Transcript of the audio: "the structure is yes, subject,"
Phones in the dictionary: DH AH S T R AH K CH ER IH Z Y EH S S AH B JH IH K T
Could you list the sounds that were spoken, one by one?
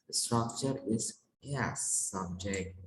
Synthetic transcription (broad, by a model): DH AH S T R AH K CH ER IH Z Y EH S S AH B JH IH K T